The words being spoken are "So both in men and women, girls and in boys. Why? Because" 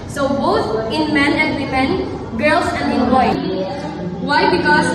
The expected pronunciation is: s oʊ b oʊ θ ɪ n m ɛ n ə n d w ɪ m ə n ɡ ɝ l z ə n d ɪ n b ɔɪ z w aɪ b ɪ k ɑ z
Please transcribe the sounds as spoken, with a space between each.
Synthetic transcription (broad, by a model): s oʊ b oʊ t ɪ n m ɛ n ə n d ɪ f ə n ɡ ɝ l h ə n ɪ n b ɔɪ w aɪ b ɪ k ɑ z